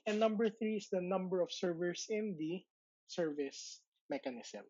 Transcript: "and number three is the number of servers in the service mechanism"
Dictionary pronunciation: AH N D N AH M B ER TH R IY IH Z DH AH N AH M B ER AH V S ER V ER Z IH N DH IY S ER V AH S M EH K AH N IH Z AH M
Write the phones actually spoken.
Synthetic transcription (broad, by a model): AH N N AH M B ER TH R IY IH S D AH N AH M B ER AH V S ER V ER S IH N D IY S ER V AH S M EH K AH N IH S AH M